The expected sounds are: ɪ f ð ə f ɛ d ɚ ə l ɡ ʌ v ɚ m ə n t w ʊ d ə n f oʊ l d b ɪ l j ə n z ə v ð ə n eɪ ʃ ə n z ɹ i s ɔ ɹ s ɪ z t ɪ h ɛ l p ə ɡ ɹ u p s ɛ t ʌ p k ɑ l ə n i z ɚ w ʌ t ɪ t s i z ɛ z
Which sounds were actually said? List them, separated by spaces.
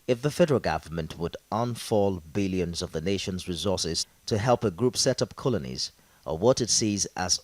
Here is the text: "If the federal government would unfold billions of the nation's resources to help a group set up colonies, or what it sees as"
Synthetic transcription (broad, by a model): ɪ f ð ə f ɛ d ɚ ə l ɡ ʌ v ɚ m ə n t w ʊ d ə n f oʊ l b ɪ l j ə n z ə v ð ə n eɪ ʃ ə n z ɹ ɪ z ɔ ɹ s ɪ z t ɪ h ɛ l p ə ɡ ɹ u p s ɛ t ʌ p k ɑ l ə n i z ɚ w ʌ t ɪ t s i z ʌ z